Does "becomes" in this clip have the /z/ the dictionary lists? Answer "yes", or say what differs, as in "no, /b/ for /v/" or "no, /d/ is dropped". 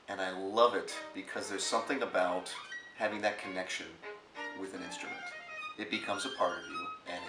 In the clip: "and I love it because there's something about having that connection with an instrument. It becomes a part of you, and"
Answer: yes